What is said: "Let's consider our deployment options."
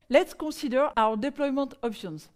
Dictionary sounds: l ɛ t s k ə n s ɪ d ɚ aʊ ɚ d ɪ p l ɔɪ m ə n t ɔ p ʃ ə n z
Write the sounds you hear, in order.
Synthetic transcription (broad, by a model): l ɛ t s k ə s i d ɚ aʊ ɚ d ɪ p l ɔɪ m ə n t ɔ p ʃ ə n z